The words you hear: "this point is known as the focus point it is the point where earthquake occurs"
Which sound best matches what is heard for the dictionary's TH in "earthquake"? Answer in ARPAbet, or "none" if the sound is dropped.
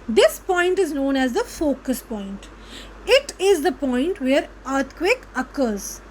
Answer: T